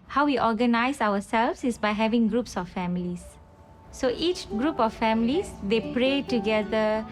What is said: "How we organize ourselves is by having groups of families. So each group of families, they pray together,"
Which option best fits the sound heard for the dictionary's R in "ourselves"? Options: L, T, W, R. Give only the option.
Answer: W